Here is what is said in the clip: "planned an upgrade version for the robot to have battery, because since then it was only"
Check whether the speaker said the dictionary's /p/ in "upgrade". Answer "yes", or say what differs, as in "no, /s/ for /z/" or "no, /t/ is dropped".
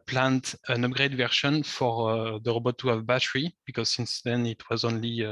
yes